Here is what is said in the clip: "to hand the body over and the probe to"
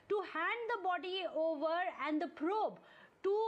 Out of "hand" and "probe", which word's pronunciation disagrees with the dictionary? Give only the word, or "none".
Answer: none